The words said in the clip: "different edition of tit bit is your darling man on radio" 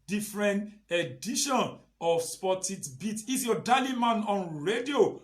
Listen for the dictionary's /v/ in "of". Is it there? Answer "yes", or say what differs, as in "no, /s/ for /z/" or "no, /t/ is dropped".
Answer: no, /p/ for /v/